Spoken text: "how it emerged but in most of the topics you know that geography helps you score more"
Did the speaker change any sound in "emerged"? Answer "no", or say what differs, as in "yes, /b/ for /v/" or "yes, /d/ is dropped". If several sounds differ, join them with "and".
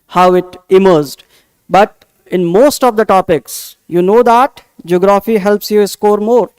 yes, /z/ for /dʒ/